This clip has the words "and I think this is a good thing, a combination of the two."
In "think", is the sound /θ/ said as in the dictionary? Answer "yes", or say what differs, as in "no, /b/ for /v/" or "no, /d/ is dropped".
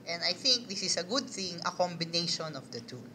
yes